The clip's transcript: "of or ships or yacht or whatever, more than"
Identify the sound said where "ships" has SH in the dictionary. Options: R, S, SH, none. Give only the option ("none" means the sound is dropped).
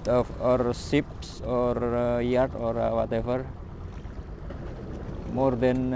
S